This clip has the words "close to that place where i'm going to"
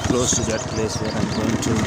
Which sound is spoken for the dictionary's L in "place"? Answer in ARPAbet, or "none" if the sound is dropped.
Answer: L